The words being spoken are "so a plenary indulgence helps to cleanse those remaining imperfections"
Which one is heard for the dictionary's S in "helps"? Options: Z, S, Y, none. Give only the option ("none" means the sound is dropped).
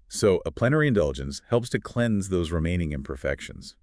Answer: S